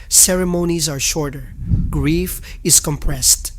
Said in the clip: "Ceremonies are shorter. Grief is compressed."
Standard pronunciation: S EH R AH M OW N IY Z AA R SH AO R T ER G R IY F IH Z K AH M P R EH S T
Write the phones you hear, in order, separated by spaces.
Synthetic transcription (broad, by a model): S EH R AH M OW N IY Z AA R SH AO R T ER G R IY F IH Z K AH M P R EH S T